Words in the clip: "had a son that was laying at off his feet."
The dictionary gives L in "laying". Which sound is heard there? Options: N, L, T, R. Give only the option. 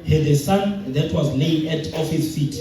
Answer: N